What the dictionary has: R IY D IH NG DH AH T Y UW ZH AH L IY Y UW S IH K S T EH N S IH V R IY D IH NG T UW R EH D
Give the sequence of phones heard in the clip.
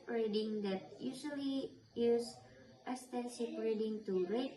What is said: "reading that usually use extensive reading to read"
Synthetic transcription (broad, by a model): R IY D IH NG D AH T Y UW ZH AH L IY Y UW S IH S T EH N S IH P R IY D IH NG T UW R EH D